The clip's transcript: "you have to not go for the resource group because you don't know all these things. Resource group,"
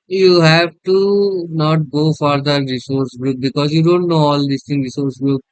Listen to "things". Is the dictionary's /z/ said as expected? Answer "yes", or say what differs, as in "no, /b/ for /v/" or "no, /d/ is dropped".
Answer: no, /z/ is dropped